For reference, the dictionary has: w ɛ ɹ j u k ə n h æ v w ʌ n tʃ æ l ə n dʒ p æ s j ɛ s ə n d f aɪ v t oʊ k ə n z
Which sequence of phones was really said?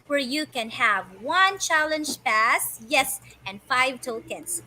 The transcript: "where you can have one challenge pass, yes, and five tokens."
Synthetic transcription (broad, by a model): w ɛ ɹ j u k ə n h æ v w ʌ n tʃ æ l ə n dʒ p æ s j ɛ s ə n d f aɪ v t oʊ k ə n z